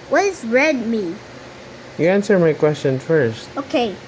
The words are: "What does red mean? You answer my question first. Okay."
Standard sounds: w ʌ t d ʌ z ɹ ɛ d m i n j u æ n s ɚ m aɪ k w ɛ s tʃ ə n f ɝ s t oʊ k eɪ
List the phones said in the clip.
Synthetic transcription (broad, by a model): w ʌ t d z ɹ ɛ d m i j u æ n s ɚ m aɪ k w ɛ s tʃ ə n f ɝ s t oʊ k eɪ